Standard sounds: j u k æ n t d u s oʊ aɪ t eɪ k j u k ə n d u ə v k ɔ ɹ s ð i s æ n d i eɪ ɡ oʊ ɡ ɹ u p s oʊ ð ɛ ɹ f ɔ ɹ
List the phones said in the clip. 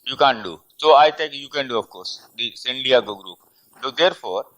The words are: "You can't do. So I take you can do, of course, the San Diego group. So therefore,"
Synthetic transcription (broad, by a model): j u k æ n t d u s oʊ aɪ t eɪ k j u k ə n d u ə f k ɔ ɹ s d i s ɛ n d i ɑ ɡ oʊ ɡ ɹ u p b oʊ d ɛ ɹ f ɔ ɹ